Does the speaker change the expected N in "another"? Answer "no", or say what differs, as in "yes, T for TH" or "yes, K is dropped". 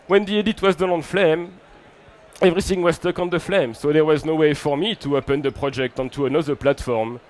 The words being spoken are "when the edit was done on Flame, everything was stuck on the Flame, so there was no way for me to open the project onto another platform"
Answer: no